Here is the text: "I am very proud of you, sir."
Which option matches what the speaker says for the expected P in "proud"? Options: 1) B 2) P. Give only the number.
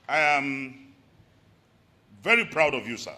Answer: 2